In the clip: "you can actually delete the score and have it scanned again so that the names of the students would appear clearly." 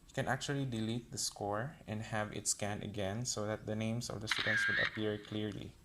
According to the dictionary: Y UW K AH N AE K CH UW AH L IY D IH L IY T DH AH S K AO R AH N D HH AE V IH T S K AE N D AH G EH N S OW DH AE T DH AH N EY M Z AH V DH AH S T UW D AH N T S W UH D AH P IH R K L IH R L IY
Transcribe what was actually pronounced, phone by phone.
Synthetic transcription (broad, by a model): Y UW K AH N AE K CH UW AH L IY D IH L IY T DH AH S K AO R AH N D HH AE V IH T S K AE N AH G EH N S OW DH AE T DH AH N EY M S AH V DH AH S T UW D AH N T S W UH D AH P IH R K L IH R L IY